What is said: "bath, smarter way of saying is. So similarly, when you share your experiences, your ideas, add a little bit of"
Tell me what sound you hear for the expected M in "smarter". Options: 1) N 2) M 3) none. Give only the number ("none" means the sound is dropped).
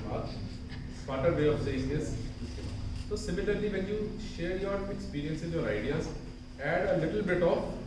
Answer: 3